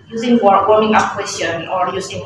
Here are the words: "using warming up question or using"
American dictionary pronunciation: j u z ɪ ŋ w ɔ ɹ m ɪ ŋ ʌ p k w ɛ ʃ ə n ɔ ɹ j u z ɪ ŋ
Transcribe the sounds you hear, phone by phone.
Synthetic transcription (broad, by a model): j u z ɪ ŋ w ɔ w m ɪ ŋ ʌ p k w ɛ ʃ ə n ɔ ɹ j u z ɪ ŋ